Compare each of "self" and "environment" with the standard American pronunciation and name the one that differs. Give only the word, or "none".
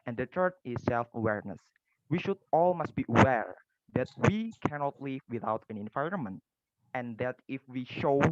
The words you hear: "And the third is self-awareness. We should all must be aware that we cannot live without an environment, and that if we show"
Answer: none